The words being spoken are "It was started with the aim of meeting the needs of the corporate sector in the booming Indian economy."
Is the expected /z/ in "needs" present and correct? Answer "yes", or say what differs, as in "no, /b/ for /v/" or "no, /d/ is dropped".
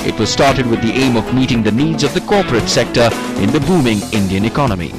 yes